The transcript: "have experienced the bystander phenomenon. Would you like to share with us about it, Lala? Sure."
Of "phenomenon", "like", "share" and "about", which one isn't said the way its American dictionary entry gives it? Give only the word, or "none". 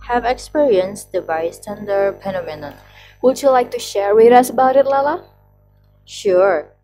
phenomenon